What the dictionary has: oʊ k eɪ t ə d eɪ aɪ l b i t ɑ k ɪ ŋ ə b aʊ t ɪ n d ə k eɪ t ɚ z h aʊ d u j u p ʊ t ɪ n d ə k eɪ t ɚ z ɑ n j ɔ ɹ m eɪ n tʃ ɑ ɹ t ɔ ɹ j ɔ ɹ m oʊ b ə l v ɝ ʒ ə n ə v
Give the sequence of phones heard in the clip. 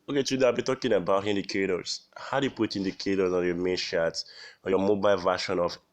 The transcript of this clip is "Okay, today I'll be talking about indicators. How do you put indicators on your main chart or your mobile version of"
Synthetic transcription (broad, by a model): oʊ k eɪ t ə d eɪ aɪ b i t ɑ k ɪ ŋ ə b aʊ t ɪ n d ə k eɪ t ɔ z h aʊ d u j u p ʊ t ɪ n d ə k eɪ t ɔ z ɑ n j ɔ m eɪ n ʃ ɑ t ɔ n j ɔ m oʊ b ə l v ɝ ʃ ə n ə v